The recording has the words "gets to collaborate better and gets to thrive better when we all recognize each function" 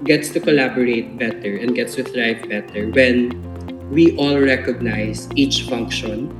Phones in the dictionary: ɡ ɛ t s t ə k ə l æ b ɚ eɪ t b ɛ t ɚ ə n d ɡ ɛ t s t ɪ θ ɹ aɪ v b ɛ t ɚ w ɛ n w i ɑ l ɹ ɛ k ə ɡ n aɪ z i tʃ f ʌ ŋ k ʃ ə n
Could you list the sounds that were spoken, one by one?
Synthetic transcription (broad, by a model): ɡ ɛ t s t ə k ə l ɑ b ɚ eɪ t b ɛ t ɚ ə n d ɡ ɛ t s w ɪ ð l aɪ f b ɛ t ɚ w ɛ n w i ɑ l ɹ ɛ k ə ɡ n aɪ s i tʃ f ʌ ŋ k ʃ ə n